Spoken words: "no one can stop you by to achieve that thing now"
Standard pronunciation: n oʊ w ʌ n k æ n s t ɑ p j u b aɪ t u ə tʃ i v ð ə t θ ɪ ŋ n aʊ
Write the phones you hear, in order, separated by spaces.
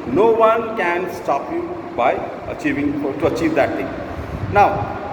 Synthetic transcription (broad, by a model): n oʊ w ʌ n k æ n s t ɑ p j u b aɪ t u ə tʃ i v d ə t t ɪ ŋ n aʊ